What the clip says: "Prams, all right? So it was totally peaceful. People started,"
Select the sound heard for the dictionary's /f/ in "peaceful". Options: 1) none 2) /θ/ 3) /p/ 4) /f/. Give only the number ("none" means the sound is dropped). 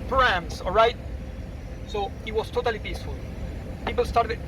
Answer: 4